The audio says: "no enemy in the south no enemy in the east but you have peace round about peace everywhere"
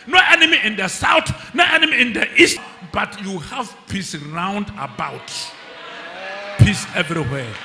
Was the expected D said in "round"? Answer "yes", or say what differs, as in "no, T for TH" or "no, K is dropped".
yes